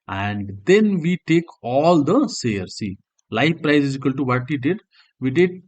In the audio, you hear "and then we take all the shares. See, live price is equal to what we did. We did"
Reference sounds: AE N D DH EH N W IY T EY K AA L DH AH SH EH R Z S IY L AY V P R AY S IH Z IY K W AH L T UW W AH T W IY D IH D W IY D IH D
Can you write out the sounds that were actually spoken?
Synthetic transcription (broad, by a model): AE N D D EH N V IY T EY K AA L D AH S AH R S IY L AY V P R AY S IH Z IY K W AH L T UW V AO T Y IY D IH D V IY D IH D